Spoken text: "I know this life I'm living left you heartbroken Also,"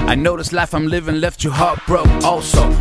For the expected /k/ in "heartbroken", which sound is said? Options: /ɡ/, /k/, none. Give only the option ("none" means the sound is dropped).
none